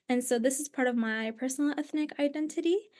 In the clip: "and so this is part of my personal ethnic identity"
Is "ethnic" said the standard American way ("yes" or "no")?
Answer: yes